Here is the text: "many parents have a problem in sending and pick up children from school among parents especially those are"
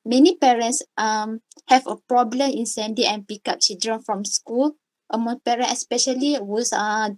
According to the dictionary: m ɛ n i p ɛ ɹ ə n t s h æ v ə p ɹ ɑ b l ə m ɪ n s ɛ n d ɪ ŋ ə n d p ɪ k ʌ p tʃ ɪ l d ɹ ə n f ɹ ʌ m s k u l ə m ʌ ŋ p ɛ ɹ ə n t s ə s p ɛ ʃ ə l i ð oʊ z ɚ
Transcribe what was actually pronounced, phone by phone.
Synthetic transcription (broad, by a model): m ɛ n i p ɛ ɹ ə n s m h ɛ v ə p ɹ ɑ b l ə m ɪ n s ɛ n d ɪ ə n p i k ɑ p tʃ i l d ɹ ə n f ɹ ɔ m s k u l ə m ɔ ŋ p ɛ ɹ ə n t ə s p ɛ ʃ ə l i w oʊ s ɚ